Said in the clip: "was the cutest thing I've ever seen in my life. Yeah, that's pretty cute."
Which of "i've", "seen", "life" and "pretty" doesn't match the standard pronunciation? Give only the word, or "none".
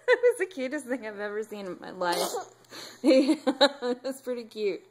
none